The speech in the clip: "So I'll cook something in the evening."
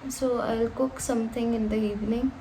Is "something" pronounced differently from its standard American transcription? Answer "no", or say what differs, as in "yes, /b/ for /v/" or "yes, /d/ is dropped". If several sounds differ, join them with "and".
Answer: yes, /t/ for /θ/